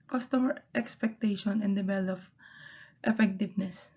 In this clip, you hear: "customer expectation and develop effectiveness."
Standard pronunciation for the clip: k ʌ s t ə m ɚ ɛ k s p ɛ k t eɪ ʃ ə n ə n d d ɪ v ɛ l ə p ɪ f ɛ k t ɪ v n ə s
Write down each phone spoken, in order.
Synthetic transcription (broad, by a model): k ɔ s t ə m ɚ ɛ k s p ɛ k t eɪ ʃ ə n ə n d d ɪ b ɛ l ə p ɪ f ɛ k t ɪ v n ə s